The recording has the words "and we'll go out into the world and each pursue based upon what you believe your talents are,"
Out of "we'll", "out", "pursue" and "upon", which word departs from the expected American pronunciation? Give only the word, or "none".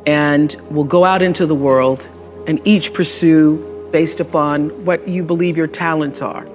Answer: none